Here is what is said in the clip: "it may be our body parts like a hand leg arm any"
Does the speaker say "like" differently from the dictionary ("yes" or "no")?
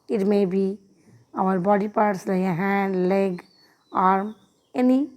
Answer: yes